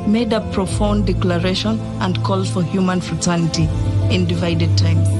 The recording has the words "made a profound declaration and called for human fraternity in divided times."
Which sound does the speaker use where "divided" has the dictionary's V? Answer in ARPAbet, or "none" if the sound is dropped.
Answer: V